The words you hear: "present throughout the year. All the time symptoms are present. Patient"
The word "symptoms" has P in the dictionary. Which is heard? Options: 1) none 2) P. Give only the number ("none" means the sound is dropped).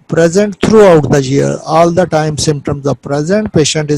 2